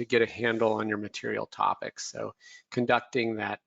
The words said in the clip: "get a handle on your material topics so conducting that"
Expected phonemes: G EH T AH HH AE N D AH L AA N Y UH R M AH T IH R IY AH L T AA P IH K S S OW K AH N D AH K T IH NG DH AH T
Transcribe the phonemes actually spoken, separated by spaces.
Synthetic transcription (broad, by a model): G EH T AH HH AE N D L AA N Y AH R M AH T IH R IY L T AA P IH K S S OW K AH N D AH K T IH NG DH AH T